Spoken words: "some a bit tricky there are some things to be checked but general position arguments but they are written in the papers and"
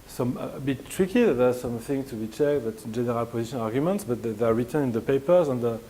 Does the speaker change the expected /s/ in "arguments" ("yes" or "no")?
no